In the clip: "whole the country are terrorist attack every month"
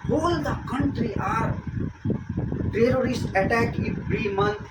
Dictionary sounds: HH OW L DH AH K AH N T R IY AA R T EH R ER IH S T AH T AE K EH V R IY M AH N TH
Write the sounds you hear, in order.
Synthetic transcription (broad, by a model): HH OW L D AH K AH N T R IY AA R T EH R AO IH S T AH T AE K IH B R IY M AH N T